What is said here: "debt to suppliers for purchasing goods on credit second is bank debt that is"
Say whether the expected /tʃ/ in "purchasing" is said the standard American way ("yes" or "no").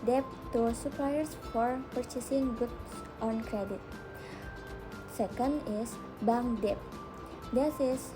yes